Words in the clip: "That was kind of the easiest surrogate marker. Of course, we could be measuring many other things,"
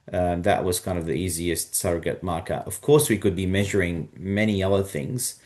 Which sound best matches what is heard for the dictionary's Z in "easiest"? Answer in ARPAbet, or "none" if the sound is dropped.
Z